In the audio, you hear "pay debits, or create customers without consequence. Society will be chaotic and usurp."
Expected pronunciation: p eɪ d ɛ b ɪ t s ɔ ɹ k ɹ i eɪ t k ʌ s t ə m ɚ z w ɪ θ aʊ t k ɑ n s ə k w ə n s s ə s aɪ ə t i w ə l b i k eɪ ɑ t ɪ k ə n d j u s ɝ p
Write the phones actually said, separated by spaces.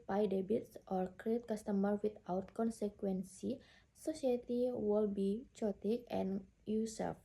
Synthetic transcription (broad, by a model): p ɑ d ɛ b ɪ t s ɔ ɹ k ɹ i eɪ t k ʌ s t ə m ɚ w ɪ t aʊ t k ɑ n s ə k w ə n s s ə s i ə t i w ə l b i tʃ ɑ t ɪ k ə n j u s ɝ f